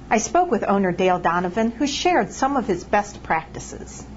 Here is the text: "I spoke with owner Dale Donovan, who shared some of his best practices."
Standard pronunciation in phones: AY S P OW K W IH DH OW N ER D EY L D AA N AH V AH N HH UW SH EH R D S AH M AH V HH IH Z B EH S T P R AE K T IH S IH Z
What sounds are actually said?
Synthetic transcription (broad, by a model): AY S P OW K W IH DH OW N ER D EY L D AA N AH V AH N HH UW SH EH R D S AH M AH V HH IH Z B EH S T P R AE K T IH S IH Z